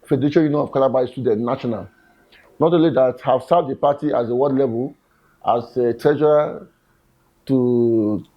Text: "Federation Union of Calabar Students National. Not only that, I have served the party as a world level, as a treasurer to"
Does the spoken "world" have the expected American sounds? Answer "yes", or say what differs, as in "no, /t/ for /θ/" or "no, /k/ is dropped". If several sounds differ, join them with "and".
no, /l/ is dropped